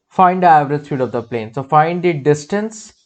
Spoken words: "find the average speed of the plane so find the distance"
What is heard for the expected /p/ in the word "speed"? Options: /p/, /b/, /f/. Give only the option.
/f/